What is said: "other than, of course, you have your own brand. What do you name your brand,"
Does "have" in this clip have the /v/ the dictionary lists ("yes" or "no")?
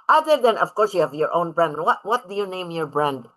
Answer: yes